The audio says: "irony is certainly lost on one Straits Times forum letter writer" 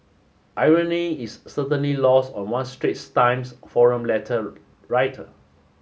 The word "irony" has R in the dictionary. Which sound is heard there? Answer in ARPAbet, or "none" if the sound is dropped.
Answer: R